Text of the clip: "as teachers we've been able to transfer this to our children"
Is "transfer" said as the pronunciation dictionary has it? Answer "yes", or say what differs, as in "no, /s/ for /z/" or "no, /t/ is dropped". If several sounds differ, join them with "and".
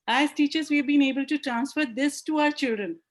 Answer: yes